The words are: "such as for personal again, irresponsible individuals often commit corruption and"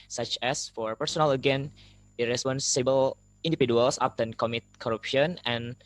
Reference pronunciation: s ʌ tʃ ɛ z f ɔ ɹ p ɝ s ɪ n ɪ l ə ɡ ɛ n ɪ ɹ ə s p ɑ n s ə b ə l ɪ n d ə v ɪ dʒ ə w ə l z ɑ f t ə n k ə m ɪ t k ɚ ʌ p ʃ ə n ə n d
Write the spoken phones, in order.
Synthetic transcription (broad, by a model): s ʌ tʃ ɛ s f ɔ ɹ p ɝ s ɪ n ɪ l ə ɡ ɛ n ɪ ɹ ə s p ɑ n s ə b ə l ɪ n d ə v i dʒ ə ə l s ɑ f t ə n k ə m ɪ t k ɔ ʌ p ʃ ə n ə n